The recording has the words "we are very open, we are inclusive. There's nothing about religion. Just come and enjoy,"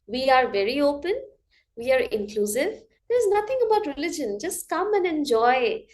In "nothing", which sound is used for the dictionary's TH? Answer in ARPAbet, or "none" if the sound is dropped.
T